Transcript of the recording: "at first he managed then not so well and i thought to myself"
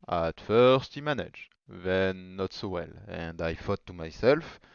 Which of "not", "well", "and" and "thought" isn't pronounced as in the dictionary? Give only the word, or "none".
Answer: thought